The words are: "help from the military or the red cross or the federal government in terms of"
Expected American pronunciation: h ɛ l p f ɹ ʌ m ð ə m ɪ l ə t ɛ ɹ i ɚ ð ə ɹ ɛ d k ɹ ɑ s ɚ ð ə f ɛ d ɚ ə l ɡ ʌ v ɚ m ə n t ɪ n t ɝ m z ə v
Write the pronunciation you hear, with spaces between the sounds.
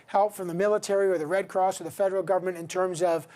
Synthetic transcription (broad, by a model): h ɛ l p f ɹ ʌ m ð ə m ɪ l ə t ɛ ɹ i ɚ ð ə ɹ ɛ d k ɹ ɑ s ɚ ð ə f ɛ d ɚ l ɡ ʌ v ɚ m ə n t ɪ n t ɝ m z ə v